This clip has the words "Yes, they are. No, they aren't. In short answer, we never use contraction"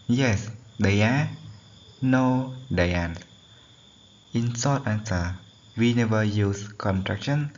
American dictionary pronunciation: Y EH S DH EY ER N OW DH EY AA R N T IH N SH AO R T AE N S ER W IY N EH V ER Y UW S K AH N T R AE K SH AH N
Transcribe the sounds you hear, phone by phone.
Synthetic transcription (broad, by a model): Y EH S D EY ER N OW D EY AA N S IH N S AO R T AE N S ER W IY N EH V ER Y UW S K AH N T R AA K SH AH N